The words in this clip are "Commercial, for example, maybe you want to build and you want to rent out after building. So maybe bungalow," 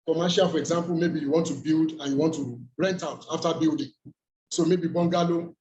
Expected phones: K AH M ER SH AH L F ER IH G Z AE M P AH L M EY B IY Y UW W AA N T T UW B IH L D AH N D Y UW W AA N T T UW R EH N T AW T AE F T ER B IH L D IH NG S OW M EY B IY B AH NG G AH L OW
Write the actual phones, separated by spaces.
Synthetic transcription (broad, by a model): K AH M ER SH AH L F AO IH G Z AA M P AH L M EY B IY Y UW W AA N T T UW B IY L D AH N Y UW W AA N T T UW R EH N T AW T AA F T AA B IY L D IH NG S OW M EY B IY B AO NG G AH L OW